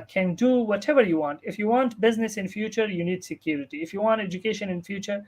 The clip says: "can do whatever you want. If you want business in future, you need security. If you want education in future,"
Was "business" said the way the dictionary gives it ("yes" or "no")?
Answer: yes